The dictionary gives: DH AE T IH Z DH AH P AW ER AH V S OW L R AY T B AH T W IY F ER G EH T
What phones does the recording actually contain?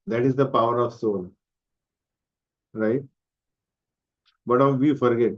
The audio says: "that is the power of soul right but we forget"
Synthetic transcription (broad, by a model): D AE T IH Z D AH P AW ER AH V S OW N R AY T B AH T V IY F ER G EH T